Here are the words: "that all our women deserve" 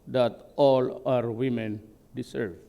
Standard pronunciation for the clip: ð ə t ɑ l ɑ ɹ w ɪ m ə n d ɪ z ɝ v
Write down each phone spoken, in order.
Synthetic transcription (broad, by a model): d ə t ɑ l ɑ ɹ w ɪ m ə n d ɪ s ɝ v